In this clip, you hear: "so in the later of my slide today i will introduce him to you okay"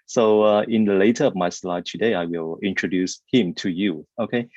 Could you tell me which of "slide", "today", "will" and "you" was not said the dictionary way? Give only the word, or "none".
none